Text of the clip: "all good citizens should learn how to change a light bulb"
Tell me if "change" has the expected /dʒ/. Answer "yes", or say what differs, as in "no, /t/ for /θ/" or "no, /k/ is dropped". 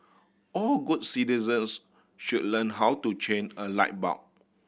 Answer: no, /dʒ/ is dropped